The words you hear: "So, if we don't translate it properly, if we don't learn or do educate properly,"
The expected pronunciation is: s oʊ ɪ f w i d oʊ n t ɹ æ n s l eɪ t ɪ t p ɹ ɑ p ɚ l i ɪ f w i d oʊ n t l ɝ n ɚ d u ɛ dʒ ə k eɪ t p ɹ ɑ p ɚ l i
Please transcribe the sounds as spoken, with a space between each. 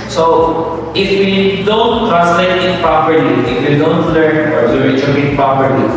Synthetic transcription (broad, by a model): s oʊ ɪ f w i d oʊ n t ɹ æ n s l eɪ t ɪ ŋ p ɹ ɑ p ɚ l i ɪ f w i d oʊ n t l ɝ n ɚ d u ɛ tʃ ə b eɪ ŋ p ɹ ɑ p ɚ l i